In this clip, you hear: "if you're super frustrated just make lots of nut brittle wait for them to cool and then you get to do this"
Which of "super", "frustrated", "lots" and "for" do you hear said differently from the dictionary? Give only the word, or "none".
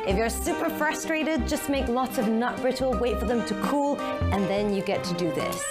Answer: none